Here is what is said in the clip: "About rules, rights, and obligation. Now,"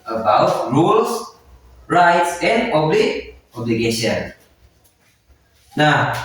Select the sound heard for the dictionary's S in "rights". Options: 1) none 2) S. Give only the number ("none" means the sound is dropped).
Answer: 2